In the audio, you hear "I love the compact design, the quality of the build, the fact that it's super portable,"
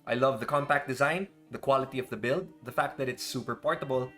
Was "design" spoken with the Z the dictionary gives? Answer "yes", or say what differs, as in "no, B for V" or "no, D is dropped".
yes